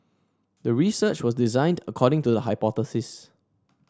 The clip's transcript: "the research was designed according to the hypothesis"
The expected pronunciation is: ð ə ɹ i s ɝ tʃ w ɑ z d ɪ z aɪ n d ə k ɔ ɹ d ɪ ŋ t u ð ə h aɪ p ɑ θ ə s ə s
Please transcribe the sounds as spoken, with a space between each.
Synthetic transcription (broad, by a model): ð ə ɹ i s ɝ tʃ w ɑ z d ɪ z aɪ n d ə k ɔ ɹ d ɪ ŋ t u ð ə h aɪ p ɑ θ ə s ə s